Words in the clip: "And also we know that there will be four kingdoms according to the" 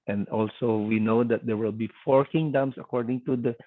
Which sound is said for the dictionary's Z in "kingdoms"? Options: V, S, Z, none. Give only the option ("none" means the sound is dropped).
S